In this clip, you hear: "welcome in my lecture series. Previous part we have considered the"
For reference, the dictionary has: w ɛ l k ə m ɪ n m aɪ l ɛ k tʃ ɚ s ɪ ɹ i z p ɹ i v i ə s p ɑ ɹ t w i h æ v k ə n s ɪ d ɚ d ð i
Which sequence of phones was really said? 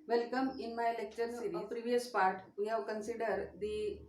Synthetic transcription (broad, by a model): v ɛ l k ə m ɪ n m aɪ l ɛ k tʃ ɚ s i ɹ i p ɹ i v i ə s p ɑ ɹ t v i h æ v k ə n s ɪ d ɚ d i